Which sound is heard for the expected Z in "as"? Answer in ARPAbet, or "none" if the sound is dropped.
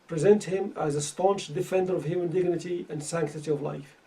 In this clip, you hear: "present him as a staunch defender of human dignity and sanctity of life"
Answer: Z